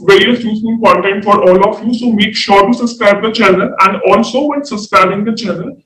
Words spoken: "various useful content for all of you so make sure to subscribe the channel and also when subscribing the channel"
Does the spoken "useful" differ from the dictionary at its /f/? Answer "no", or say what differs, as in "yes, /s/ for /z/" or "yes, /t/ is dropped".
yes, /f/ is dropped